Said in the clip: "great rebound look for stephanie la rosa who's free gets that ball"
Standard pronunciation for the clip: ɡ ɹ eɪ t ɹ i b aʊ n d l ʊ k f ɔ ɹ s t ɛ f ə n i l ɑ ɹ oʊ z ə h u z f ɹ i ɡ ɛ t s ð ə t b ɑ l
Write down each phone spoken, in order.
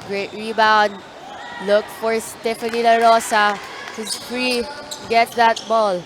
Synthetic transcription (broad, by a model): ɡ ɹ eɪ t ɹ i b aʊ n d l ʊ k f ɔ ɹ s t ɛ f ə n i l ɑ ɹ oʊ s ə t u f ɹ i ɡ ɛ t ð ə t b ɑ l